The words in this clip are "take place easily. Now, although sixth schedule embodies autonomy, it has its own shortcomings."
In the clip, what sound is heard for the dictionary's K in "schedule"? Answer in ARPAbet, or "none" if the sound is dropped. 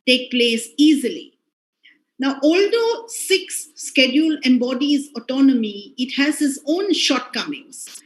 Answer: K